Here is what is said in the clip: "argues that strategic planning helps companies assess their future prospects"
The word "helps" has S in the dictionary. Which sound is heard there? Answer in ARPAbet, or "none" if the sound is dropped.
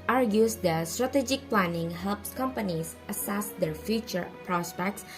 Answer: S